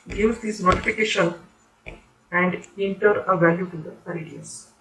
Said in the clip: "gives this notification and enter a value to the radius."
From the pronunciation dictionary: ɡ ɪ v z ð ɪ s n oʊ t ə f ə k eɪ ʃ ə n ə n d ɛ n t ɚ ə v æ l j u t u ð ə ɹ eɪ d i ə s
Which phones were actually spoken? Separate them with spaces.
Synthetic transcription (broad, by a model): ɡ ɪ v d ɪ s n oʊ t ə f ə k eɪ ʃ ə n ə n d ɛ n t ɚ ə v æ l j u t u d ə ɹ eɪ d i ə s